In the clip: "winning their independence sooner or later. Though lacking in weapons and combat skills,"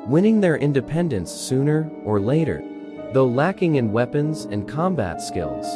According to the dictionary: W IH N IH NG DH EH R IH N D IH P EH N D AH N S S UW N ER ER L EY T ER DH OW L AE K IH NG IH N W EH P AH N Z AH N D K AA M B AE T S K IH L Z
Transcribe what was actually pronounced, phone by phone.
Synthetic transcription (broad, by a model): W IH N IH NG DH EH R IH N D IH P EH N D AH N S S UW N ER ER L EY T ER DH OW L AE K IH NG IH N W EH P AH N Z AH N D K AA M B AE T S K IH L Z